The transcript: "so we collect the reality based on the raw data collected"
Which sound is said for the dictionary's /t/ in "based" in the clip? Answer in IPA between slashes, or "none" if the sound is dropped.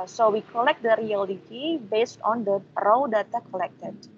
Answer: /t/